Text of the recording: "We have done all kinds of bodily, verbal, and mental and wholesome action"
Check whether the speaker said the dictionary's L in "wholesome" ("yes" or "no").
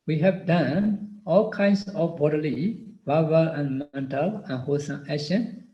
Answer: no